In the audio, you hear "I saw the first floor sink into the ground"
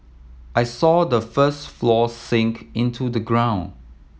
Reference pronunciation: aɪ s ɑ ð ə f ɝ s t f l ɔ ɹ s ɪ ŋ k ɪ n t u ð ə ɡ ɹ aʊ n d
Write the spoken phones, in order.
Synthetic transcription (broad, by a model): aɪ s ɑ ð ə f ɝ s t f l ɔ s ɪ ŋ k ɪ n t u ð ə ɡ ɹ aʊ n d